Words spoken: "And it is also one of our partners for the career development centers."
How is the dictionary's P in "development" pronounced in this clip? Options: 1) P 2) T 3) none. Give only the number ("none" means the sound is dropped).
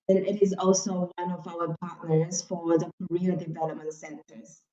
3